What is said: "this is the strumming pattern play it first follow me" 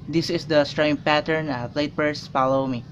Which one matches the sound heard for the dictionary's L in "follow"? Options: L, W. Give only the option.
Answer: L